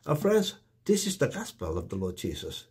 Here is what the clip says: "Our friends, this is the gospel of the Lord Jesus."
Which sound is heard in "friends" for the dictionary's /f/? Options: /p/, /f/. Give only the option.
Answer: /f/